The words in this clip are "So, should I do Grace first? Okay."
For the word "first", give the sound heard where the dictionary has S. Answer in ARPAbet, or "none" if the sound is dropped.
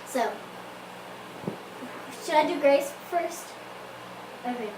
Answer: S